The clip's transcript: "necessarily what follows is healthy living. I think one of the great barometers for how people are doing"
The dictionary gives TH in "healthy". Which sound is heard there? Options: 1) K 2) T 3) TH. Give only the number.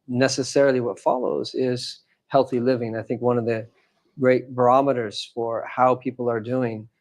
3